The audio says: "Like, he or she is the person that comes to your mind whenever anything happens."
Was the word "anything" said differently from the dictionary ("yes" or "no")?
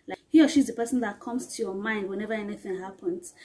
no